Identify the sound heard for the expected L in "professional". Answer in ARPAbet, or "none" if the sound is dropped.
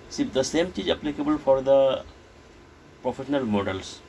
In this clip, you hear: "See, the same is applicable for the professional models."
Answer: L